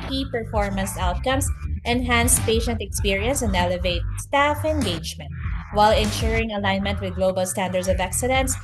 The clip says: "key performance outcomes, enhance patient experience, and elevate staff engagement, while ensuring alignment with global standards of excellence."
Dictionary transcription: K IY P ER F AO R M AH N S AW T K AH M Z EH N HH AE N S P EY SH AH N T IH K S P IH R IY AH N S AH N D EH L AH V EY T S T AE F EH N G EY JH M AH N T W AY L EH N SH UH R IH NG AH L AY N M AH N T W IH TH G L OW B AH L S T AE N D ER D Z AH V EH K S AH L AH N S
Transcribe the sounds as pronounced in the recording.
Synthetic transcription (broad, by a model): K IY P ER F AO R M AH N S AW T K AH M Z EH N HH AE N S P EY SH AH N T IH K S P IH R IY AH N S AH N D EH L AH V EY T S T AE F EH N G EY JH M AH N T W AY L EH N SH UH R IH NG AH L AY N M AH N T W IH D G L OW B AH L S T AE N D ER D S AH V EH K S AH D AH N S